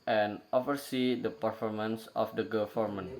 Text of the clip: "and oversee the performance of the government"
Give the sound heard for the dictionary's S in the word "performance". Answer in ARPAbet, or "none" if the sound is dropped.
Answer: S